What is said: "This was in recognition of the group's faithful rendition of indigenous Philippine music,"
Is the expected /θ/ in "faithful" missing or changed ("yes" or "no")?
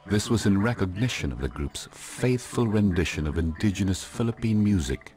no